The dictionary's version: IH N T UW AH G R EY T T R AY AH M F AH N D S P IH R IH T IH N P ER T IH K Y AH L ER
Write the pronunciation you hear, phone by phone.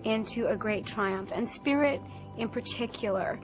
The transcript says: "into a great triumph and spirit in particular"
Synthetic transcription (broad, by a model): IH N T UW AH G R EY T T R AY AH M F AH N S P IH R IH T IH N P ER T IH K Y L ER